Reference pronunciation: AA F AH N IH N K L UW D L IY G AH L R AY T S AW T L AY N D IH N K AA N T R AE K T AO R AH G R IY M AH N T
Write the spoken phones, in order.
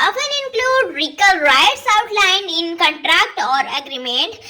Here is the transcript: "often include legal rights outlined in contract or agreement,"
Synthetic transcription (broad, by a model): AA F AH N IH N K L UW D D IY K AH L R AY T S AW T L AY N IH N K AA N T R AE K T AO R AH G R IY M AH N T